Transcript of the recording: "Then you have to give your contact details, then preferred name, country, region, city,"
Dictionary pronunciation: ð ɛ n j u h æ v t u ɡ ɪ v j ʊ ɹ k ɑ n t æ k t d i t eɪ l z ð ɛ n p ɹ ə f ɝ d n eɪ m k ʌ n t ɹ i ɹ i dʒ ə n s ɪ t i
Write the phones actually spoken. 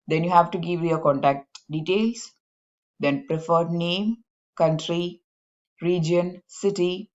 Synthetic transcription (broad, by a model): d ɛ n j u h æ v t u ɡ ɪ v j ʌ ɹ k ɑ n t æ k t d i t eɪ l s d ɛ n p ɹ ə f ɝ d n eɪ m k ʌ n t ɹ i ɹ i dʒ ə n s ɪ t i